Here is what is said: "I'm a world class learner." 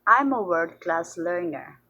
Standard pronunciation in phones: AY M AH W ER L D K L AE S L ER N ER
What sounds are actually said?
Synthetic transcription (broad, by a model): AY M AH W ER D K L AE S L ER N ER